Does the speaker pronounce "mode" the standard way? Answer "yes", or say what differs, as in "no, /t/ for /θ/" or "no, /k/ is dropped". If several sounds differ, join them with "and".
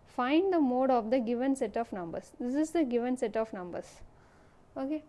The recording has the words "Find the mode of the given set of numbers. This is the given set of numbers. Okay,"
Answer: yes